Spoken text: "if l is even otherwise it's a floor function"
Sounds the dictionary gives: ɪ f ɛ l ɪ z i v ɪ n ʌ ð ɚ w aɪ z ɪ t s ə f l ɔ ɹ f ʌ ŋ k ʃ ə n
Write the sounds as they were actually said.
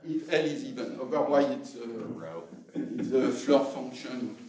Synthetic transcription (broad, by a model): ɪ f ɛ l ɪ z i v ɪ n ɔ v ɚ w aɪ s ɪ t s ə f l ɔ ɹ f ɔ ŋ k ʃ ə n